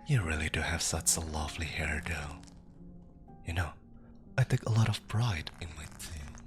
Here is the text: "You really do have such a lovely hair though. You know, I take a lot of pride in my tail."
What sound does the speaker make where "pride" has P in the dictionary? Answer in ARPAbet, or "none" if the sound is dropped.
B